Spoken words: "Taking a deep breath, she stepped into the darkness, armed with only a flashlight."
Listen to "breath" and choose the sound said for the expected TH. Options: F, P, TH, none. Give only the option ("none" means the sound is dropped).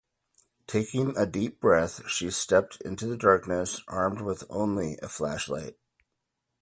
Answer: TH